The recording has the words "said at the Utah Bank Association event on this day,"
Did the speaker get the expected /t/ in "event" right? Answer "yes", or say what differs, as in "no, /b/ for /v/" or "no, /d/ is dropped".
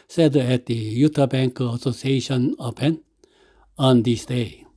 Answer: no, /t/ is dropped